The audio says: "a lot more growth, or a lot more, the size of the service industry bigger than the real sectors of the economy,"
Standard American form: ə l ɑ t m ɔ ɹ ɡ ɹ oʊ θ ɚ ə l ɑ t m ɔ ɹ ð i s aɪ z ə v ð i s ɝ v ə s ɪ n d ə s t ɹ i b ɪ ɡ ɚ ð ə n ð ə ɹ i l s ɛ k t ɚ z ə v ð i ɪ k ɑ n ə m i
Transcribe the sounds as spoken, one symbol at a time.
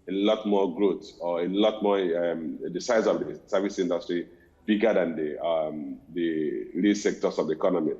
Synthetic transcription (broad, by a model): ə l ɑ t m ɔ ɡ ɹ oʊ s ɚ ə l ɑ t m ɔ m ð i s aɪ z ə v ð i s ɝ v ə s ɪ n d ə s t ɹ i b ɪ ɡ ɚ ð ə n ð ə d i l s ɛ k t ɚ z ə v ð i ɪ k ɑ n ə m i